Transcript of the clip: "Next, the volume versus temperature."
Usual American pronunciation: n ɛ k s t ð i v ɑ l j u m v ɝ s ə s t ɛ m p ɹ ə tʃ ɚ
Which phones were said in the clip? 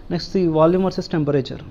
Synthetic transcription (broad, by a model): n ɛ k s t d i v ɑ l j u m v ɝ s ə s t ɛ m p ɹ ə tʃ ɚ